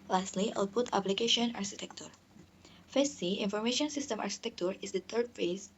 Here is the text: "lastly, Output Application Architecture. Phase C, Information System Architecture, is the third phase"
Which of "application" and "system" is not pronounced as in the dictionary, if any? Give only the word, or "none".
none